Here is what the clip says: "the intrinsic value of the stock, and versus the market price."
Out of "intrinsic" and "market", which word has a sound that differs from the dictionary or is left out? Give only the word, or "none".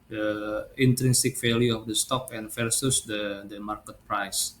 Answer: none